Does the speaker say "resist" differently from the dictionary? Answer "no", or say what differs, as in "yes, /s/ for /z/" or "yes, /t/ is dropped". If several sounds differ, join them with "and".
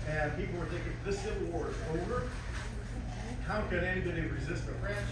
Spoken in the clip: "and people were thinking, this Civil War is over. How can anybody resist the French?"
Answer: no